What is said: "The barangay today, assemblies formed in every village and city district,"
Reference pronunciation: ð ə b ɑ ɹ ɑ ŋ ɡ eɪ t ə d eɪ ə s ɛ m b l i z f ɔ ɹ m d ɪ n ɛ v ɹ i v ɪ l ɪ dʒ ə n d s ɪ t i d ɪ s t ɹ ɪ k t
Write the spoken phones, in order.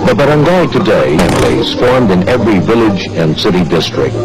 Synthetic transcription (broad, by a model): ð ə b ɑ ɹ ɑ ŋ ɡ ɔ t ə d eɪ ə ɛ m l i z f ɔ ɹ m d ɪ n ɛ v ɹ i v ɪ l ɪ dʒ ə n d s ɪ t i d ɪ s t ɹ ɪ k t